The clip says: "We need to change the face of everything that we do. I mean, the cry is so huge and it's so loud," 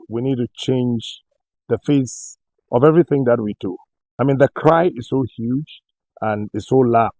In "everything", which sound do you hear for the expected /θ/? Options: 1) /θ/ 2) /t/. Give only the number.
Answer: 1